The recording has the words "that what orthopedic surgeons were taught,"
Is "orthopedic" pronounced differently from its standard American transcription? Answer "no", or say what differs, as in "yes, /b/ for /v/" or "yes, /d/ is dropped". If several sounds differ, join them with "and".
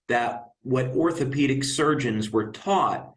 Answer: no